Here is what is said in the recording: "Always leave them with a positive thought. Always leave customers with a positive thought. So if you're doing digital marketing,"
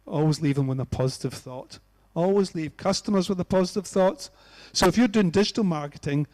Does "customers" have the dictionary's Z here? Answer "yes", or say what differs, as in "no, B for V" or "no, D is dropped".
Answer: yes